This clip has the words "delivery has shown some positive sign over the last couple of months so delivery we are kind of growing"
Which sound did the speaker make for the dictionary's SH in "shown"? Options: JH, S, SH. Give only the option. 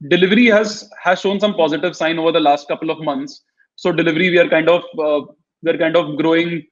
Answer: SH